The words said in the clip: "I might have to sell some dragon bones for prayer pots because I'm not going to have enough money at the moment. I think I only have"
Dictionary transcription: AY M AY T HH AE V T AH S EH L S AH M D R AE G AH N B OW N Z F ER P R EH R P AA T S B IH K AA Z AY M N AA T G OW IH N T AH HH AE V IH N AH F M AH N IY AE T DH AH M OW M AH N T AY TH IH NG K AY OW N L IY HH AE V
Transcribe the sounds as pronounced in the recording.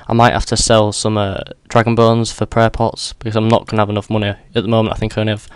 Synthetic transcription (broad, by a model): AY M AY T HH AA F T AH S EH L S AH M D R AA G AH N B OW N Z F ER P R EH P AA T S B IH K AA Z AY M N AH T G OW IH N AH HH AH V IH N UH F M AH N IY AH T DH AH M OW M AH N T AY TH IH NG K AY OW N IY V